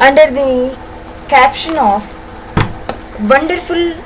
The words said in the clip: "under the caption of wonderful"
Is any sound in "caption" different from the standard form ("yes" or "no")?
no